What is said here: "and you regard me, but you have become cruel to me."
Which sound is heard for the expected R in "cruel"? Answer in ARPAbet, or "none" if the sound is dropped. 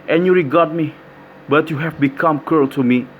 none